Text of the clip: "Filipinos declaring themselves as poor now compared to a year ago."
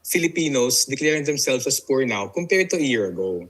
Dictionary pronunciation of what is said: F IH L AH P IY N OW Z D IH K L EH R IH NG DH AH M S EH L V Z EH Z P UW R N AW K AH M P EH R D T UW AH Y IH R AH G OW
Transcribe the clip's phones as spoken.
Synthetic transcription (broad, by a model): F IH L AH P IY N OW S D IH K L EH R IH NG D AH M S EH L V S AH S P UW R N AW K AH M P EH R D T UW Y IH R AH G OW